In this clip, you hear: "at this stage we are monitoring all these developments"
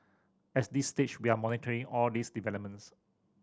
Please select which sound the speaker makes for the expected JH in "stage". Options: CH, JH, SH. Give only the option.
CH